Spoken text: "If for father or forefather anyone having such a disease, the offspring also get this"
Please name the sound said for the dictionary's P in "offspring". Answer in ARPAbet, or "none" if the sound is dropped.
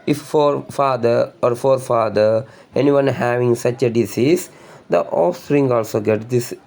none